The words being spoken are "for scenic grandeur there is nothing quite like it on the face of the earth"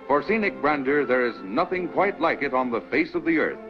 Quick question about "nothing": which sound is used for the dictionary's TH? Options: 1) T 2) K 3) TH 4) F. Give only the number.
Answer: 3